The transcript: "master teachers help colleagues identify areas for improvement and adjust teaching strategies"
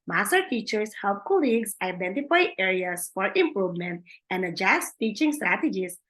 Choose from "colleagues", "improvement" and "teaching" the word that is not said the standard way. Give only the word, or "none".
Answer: colleagues